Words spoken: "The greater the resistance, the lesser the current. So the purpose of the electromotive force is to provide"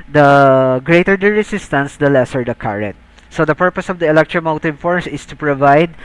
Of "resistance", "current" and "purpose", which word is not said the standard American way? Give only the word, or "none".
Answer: resistance